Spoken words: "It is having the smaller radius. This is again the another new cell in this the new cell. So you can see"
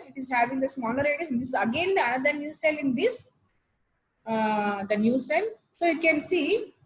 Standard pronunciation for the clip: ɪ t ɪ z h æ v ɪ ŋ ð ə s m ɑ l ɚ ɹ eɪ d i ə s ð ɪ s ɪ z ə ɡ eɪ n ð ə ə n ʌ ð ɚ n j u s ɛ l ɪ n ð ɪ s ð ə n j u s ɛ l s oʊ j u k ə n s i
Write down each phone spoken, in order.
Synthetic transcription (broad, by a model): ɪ t ɪ z h æ v ɪ ŋ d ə s m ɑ n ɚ ɹ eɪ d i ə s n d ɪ s ə ɡ eɪ n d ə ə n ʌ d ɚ n j u s ɛ l ɪ n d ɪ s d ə n j u s ɛ l s oʊ j u k ə n s i